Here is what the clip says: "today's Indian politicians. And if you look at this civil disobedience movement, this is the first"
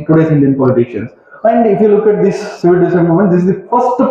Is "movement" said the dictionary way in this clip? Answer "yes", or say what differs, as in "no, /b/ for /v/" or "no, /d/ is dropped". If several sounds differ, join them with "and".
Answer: no, /v/ is dropped